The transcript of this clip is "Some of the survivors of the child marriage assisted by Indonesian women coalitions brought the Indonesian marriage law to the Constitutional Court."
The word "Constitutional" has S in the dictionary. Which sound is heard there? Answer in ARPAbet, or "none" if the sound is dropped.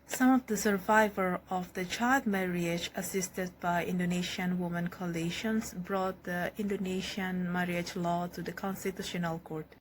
S